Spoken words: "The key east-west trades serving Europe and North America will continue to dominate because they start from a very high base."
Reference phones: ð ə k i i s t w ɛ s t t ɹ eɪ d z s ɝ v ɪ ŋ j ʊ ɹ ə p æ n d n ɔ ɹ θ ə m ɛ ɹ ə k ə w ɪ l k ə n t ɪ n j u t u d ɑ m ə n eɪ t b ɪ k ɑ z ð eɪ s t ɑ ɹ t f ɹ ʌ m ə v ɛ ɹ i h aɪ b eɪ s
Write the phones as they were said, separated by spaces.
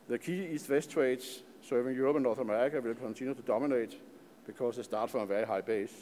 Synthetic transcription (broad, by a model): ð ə k i i s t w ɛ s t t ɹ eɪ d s s ɝ v ɪ ŋ j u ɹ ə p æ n n ɔ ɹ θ ə m ɛ ɹ ə k ə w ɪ l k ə n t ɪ n j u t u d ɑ m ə n eɪ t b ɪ k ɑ s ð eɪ s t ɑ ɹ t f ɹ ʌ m ə v ɛ ɹ i h aɪ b eɪ s